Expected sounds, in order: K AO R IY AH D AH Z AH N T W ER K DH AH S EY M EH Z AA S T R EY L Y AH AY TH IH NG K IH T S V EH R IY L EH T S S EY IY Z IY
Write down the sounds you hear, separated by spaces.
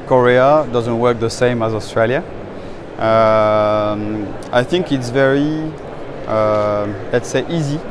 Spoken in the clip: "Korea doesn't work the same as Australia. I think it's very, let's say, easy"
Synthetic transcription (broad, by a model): K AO R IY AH D AH Z AH N T W ER K DH AH S EY M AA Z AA S T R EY L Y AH AY TH IH NG K IH T S V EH R IY L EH T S S EY IY Z IY